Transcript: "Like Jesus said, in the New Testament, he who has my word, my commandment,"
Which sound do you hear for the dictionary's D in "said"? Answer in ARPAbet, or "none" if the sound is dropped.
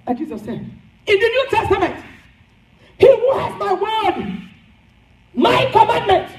none